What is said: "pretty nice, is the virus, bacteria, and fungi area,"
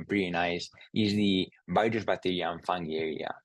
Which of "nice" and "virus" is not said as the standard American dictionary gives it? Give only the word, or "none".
virus